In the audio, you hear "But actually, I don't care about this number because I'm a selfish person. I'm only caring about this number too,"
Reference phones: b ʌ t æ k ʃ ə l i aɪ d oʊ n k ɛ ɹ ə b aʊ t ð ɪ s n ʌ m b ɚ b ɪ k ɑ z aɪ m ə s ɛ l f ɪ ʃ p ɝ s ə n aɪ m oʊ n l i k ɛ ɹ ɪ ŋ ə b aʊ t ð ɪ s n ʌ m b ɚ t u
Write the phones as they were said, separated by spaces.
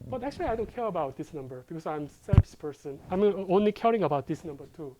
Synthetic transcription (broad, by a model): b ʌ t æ k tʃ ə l i aɪ d oʊ n k ɛ ɹ ə b aʊ t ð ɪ s n ʌ m b ɚ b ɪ k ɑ s aɪ m s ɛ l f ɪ s p ɝ s ə n aɪ m oʊ n l i k ɛ ɹ ɪ ŋ ə b aʊ t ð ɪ s n ʌ m b ɚ t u